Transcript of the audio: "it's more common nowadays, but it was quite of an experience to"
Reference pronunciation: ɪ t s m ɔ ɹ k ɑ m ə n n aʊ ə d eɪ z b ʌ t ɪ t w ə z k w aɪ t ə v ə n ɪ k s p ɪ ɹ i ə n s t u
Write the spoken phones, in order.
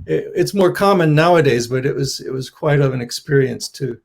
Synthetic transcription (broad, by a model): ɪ t s m ɔ ɹ k ɑ m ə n n aʊ ə d eɪ z b ʌ t ɪ t w ə z k w aɪ t ə v ə n ɪ k s p ɪ ɹ i ə n s t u